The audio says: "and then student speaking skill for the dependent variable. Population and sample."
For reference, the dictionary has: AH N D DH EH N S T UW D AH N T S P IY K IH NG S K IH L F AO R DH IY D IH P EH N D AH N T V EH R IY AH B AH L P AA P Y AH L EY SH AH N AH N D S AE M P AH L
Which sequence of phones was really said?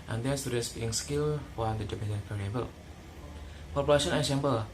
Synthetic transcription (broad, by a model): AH N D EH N S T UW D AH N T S B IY IH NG S K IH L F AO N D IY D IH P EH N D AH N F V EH R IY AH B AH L P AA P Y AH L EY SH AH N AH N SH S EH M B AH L